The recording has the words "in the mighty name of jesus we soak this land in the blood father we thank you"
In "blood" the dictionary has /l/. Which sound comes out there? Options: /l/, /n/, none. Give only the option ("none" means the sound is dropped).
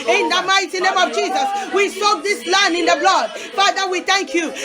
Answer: /l/